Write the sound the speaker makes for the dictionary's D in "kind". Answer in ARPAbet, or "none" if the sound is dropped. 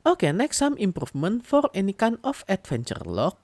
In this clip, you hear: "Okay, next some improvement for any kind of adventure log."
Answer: none